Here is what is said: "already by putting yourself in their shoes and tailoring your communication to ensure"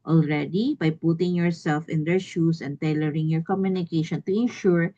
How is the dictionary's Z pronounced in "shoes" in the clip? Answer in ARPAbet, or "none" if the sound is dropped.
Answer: S